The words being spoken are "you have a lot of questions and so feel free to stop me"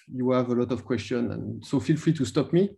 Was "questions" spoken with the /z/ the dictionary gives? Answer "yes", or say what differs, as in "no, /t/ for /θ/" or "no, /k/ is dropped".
no, /z/ is dropped